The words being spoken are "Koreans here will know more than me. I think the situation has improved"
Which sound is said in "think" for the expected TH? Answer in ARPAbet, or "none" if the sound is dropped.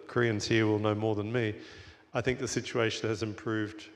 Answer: TH